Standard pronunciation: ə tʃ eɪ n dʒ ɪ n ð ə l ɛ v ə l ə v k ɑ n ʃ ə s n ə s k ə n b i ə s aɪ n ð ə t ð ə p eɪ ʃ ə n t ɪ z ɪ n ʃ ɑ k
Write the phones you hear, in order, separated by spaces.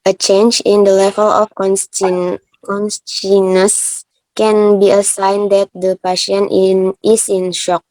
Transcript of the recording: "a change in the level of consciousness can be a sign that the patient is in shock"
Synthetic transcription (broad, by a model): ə tʃ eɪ n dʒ ɪ n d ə l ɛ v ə l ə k k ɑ n s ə n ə s k ə n b i ə s aɪ n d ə t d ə p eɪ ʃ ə n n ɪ s ɪ n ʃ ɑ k